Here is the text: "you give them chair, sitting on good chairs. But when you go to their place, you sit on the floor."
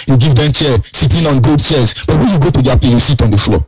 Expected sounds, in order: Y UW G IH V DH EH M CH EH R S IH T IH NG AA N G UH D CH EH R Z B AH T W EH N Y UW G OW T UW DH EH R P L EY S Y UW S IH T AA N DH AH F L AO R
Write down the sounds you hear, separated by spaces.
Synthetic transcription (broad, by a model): Y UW G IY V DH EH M CH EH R S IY T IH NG AA N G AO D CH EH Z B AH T W EH N Y UW G OW T UW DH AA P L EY Y UW S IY T AA N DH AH F L AO